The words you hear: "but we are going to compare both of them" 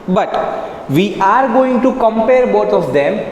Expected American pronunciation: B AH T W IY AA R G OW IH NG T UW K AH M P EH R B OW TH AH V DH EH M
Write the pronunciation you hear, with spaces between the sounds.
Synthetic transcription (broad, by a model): B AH T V IY AA R G OW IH NG T UW K AH M P EH R B OW T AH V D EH M